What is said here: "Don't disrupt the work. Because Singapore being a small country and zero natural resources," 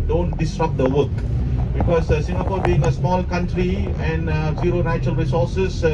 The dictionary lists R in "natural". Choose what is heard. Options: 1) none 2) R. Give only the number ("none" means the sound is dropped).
1